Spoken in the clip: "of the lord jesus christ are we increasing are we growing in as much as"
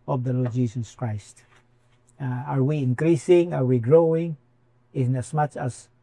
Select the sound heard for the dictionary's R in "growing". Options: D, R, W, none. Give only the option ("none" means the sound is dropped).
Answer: R